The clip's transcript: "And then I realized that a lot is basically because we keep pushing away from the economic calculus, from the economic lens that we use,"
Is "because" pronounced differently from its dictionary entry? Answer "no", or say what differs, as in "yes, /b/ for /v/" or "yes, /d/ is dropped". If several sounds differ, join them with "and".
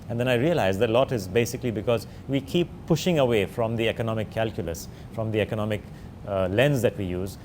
no